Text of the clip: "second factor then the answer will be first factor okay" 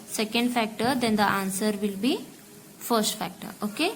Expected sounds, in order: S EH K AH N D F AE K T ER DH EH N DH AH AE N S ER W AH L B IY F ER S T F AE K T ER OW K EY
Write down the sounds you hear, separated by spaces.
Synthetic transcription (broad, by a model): S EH K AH N D F AE K T ER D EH N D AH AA N S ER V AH L B IY F ER S T F AE K T ER OW K EY